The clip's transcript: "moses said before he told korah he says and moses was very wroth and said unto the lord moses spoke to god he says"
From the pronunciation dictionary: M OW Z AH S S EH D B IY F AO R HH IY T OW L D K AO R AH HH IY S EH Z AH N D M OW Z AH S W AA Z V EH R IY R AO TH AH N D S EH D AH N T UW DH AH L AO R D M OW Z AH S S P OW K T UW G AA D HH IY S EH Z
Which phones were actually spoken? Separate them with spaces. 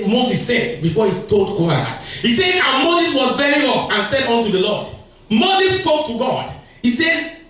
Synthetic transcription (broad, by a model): M OW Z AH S S EH D B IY F AO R HH IY T OW L D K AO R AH HH IY S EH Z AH M OW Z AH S W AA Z B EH R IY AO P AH N S EH D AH N T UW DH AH L AO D M OW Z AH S S P OW K T UW G AA D HH IY S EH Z